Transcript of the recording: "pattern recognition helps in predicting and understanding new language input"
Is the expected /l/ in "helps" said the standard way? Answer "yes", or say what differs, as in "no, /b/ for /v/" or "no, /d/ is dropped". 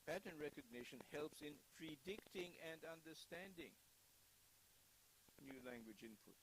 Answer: yes